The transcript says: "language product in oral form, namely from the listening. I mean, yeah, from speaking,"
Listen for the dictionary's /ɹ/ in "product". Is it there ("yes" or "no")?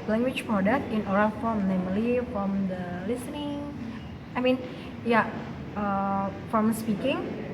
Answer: no